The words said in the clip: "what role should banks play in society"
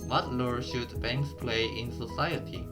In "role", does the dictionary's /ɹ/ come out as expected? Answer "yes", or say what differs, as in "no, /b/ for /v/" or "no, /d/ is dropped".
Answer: no, /l/ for /ɹ/